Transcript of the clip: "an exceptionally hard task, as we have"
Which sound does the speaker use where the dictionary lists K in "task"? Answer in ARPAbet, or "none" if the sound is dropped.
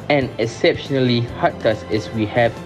none